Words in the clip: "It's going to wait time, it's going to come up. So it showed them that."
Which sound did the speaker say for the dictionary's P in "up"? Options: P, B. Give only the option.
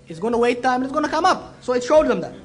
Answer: P